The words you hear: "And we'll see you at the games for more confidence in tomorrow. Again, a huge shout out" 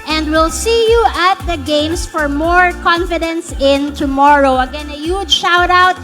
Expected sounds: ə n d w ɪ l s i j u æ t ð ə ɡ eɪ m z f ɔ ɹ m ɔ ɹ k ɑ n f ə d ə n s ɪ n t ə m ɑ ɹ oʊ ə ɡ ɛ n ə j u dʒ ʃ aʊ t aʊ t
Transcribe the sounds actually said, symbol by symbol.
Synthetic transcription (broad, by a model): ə n d w ɪ l s i j u æ t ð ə ɡ eɪ m s f ɔ ɹ m ɔ ɹ k ɑ n f ə d ə n s ɪ n t ə m ɑ ɹ oʊ ə ɡ ɛ n ə j u dʒ ʃ aʊ t aʊ t